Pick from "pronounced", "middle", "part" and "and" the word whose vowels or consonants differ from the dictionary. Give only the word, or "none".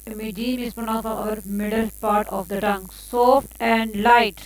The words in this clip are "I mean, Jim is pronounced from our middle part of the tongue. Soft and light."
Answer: pronounced